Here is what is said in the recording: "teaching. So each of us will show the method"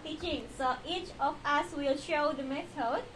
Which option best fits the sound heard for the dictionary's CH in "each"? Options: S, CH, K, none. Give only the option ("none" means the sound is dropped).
CH